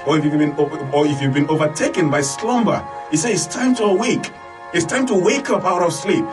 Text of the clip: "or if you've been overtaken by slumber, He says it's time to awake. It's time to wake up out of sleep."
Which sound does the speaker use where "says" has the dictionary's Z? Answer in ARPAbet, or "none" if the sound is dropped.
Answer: none